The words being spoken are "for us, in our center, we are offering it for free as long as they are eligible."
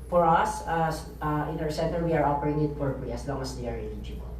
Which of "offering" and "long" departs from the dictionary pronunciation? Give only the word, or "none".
offering